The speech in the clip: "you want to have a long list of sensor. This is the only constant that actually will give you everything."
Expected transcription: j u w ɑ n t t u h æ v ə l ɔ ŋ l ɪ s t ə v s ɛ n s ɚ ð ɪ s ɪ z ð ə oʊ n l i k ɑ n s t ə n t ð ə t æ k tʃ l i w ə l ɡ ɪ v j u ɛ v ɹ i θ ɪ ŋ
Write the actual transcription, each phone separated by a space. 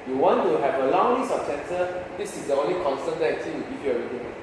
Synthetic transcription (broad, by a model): j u w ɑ n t t u h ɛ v ə l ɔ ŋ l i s ə p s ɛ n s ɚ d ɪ s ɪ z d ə oʊ n l i k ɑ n s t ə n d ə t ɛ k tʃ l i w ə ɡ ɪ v j u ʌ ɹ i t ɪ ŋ